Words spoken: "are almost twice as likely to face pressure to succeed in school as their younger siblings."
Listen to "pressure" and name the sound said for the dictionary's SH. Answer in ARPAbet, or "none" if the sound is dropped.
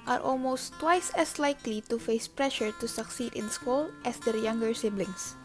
SH